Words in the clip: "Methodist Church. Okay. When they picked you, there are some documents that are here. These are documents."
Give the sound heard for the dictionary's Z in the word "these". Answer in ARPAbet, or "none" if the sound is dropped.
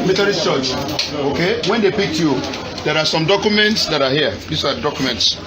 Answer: S